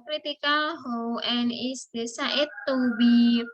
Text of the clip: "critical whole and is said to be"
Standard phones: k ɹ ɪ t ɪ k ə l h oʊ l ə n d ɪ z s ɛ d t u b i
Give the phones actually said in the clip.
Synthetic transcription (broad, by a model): k ɹ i t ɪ k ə l h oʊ n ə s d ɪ s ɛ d t u b i